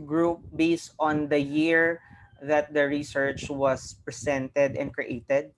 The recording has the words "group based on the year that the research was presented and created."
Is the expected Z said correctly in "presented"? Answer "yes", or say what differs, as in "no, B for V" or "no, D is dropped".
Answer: no, S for Z